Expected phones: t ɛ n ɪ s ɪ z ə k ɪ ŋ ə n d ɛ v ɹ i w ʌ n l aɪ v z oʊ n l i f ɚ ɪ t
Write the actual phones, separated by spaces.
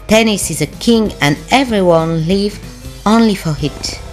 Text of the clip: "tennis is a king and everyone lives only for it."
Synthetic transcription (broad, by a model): t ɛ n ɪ s ɪ z ə k ɪ ŋ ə n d ɛ v ɹ i w ʌ n l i v oʊ n l i f ɚ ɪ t